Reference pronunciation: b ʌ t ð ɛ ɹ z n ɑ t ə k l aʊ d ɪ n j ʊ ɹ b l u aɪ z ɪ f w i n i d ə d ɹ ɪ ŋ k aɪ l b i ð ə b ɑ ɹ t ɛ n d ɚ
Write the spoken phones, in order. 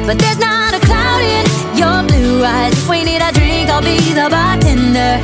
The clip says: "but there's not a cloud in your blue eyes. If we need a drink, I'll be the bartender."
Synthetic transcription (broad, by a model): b ʌ t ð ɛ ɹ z n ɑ t ə k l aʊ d ɪ n j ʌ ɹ b l u aɪ z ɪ w i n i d ə d ɹ ɪ ŋ k aɪ l b i ð ə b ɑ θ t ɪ n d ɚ